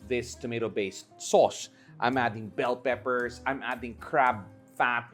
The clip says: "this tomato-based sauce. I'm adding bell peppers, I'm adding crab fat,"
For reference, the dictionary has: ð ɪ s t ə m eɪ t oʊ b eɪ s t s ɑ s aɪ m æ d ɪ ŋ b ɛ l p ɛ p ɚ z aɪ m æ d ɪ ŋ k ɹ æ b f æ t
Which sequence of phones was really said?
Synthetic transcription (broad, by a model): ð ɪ s t ə m eɪ t oʊ b eɪ s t s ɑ s aɪ m æ d ɪ ŋ b ɛ l p ɛ p ɚ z aɪ m æ d ɪ ŋ k ɹ æ b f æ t